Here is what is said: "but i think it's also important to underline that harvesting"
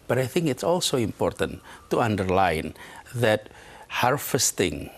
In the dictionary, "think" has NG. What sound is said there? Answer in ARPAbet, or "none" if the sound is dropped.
NG